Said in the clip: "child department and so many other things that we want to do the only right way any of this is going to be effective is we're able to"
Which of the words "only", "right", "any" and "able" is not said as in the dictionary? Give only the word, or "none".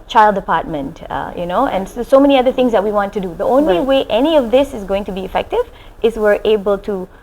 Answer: right